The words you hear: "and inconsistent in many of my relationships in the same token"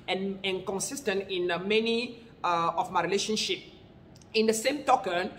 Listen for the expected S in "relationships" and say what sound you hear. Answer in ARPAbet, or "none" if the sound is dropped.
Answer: none